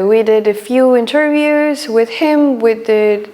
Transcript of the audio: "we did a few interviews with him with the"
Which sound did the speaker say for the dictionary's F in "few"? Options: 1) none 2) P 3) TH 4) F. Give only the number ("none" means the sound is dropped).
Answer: 4